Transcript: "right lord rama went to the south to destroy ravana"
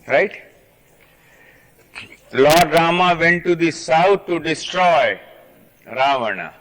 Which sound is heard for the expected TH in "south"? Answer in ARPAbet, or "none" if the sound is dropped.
T